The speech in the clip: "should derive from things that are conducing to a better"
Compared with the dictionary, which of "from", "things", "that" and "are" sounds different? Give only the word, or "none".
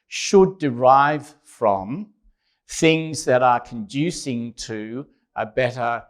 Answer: none